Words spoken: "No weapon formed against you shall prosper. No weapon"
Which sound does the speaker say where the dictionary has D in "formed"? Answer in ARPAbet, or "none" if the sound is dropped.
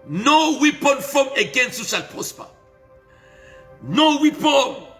none